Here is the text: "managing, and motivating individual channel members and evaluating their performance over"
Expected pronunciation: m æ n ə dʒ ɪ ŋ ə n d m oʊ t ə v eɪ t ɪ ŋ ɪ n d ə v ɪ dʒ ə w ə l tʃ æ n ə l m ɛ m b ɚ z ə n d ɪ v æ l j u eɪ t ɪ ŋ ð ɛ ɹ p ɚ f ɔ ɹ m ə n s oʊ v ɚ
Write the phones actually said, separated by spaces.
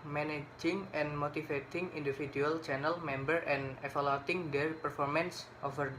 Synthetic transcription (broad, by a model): m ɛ n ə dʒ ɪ ŋ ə n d m oʊ t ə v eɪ t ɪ ŋ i n d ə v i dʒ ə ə l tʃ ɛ n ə l m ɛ m b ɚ ə n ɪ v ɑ l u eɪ t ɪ ŋ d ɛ ɹ p ɚ f ɔ ɹ m ə n s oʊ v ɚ